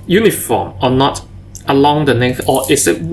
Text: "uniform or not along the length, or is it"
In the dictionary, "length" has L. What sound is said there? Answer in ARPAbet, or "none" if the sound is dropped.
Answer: N